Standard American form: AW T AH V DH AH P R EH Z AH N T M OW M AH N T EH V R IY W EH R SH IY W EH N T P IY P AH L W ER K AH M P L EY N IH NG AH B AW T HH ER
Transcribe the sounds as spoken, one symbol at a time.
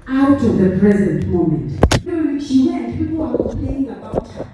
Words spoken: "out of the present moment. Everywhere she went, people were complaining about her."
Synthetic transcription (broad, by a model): AW T AH V DH AH P R EH Z AH N T M OW M AH N T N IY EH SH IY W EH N P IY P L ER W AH P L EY IH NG AH B AW T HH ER